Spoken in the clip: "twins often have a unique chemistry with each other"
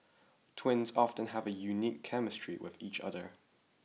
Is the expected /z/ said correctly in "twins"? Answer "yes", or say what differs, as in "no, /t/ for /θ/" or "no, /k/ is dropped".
yes